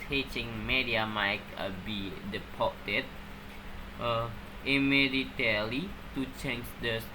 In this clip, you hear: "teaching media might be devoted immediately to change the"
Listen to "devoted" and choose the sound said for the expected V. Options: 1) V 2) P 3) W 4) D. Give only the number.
2